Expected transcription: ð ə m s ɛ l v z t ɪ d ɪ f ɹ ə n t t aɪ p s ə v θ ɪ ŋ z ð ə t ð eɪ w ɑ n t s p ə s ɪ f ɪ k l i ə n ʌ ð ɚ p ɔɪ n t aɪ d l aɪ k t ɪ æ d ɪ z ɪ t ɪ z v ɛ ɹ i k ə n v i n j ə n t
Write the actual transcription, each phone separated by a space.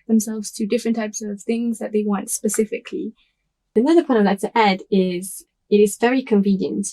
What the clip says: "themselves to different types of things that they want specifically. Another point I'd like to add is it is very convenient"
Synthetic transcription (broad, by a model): ð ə m s ɛ l v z t ɪ d ɪ f ɹ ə n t t aɪ p s ə v θ ɪ ŋ z ð ə t ð eɪ w ɑ n t s p ə s ɪ f ɪ k l i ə n ʌ ð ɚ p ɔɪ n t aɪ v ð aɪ t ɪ æ d ɪ z ɪ t ɪ z v ɛ ɹ i k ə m v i n j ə n t